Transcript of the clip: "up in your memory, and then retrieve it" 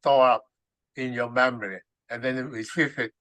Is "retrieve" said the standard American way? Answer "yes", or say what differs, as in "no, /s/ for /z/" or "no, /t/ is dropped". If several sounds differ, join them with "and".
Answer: no, /f/ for /v/